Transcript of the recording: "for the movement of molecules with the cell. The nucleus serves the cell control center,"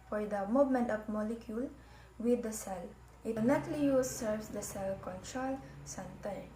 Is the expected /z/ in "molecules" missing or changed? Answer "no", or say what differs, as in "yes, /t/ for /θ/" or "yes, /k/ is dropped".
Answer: yes, /z/ is dropped